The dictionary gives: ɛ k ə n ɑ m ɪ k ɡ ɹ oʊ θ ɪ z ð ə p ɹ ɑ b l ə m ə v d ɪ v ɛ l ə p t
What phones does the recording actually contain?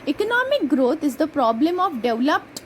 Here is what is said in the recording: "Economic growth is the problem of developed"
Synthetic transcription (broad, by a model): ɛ k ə n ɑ m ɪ k ɡ ɹ oʊ t ɪ z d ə p ɹ ɑ b l ə m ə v d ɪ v l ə p t